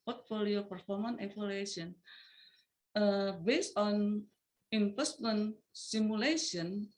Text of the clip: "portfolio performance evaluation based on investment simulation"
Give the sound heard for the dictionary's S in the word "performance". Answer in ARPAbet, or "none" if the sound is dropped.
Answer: none